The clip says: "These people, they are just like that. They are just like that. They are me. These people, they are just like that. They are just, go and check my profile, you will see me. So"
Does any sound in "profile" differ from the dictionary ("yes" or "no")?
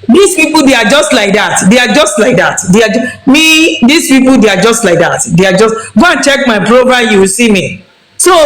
yes